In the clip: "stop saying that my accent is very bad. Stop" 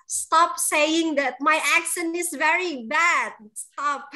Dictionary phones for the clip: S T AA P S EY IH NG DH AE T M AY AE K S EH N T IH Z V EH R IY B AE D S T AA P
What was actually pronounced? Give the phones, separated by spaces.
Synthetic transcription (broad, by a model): S T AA P S EY IH NG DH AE T M AY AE K SH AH N IH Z V EH R IY B AE D S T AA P